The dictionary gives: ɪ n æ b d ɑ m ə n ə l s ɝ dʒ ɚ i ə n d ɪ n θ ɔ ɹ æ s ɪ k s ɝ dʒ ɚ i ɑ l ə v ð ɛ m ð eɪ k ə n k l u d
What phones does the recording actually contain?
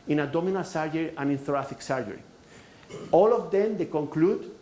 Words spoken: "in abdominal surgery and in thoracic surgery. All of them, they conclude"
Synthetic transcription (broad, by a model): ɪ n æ d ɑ m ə n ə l s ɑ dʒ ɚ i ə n ɪ n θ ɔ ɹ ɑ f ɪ k s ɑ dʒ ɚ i ɑ l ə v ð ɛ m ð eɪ k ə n k l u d